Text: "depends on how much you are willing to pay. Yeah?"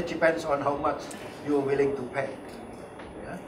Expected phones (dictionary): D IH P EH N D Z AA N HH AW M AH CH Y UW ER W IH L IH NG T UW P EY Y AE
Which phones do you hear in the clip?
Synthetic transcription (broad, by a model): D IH P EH N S AA N HH AW M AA CH Y UW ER W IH L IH NG T UW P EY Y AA